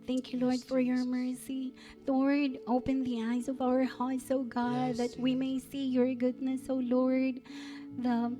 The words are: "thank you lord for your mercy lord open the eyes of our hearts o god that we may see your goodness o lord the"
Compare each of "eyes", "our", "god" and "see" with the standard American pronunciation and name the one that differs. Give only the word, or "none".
none